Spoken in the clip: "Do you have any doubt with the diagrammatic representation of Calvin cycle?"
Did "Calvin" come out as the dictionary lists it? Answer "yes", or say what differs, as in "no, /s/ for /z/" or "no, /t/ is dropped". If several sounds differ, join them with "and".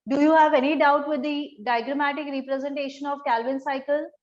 yes